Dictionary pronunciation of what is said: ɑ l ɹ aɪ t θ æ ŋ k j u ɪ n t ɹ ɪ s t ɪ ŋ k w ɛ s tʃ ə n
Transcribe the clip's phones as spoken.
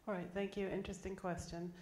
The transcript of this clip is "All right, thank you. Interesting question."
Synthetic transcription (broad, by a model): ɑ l ɹ aɪ t θ æ ŋ k j u ɪ n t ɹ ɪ s t ɪ ŋ k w ɛ s tʃ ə n